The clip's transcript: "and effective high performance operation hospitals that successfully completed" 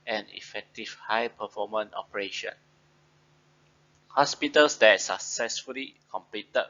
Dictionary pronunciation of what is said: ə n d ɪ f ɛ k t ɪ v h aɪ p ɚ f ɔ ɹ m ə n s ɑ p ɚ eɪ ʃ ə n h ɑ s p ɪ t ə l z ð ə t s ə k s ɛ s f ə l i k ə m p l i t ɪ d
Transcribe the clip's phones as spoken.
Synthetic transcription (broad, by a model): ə n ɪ f ɛ k t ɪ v h aɪ p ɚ f ɔ m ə n ɑ p ɚ eɪ ʃ ə n h ɑ s p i t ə l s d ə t s ə k s ɛ s f ə l i k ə m p l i t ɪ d